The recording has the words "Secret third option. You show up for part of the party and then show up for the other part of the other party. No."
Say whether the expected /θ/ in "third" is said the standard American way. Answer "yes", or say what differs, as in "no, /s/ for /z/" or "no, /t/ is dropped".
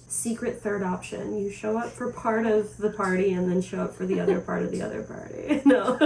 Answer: yes